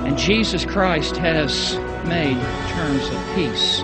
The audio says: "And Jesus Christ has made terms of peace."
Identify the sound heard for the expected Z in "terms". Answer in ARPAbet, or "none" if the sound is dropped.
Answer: Z